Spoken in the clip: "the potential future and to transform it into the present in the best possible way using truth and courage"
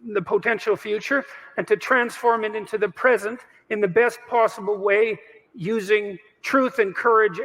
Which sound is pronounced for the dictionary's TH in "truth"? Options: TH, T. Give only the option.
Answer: TH